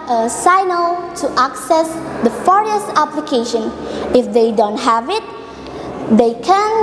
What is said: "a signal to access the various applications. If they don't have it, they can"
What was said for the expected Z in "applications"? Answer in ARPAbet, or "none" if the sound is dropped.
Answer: none